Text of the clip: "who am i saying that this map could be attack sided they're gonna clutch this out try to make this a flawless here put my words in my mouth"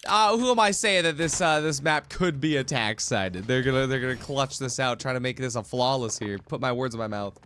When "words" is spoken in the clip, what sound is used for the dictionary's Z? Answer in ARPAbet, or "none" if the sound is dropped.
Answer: Z